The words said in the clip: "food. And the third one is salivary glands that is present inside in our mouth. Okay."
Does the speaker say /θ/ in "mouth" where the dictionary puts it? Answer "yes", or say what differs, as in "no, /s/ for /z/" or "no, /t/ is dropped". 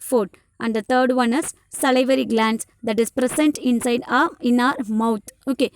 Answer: no, /t/ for /θ/